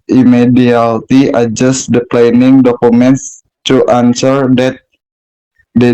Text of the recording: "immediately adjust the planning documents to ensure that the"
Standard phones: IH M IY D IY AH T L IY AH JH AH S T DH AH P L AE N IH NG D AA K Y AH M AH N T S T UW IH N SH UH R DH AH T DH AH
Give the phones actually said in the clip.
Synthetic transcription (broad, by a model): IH M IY D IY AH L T IY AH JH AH S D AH P L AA N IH NG D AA K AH M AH N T S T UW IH N S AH R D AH T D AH